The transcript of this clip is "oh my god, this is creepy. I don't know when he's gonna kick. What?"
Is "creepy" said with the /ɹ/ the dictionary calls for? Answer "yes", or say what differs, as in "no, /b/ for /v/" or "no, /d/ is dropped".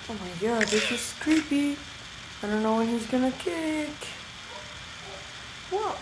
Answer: yes